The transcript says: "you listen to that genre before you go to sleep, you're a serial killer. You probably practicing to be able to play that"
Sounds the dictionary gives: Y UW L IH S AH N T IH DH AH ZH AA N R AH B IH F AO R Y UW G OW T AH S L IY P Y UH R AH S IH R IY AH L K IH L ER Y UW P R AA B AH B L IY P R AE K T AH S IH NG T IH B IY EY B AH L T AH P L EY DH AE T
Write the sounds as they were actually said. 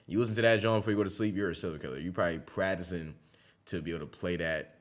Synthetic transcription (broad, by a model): Y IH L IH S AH N T IH DH AH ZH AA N B IH F AO R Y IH G OW T AH S L IY P Y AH R AH S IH L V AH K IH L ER Y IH P R AA B AH B L IY P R AE K T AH S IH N T IH B IY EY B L T AH P L EY DH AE T